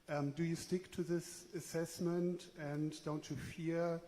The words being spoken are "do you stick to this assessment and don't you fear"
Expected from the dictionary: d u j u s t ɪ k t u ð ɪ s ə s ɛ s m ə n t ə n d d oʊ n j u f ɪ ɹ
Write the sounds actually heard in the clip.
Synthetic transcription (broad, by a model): d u j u s t ɪ k t u ð ɪ s ə s ɛ s m ə n t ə n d d oʊ n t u f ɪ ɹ